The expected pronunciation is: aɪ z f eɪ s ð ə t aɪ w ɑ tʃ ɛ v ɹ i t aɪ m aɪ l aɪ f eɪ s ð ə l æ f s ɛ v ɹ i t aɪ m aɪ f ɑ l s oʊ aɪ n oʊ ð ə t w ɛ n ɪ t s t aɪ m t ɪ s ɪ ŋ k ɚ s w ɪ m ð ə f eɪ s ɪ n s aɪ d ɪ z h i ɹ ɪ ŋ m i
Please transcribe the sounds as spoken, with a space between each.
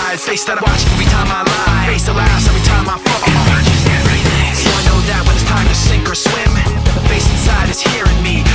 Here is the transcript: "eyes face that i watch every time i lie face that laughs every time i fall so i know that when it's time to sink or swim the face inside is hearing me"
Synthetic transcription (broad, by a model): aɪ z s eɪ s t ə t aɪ w ɑ tʃ ɛ v ɹ i t aɪ m aɪ l aɪ f eɪ s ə l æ s ɛ v ɹ i t aɪ m aɪ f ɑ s s oʊ aɪ n oʊ ð ə t w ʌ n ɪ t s t aɪ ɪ t ɪ s ɪ ŋ k ɚ s w ɪ m ð ə f eɪ s ɪ n s aɪ d ɪ z h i ɹ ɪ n m i